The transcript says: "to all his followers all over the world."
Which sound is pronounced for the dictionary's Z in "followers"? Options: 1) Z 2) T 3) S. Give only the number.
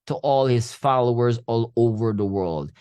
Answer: 1